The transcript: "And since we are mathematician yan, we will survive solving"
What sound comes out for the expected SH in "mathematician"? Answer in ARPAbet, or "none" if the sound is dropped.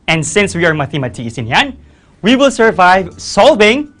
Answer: S